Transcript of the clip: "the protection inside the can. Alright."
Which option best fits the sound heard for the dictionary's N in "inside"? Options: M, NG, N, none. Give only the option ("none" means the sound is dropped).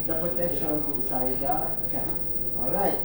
none